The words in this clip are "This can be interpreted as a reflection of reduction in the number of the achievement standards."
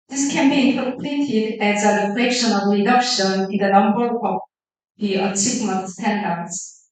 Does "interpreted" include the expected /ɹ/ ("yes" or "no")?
no